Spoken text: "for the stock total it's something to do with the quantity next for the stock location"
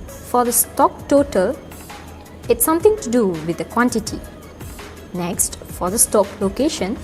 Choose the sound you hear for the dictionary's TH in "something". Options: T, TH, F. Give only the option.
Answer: T